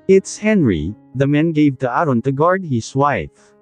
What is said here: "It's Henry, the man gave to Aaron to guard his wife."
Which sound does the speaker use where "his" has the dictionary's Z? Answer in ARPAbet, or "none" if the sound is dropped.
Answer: S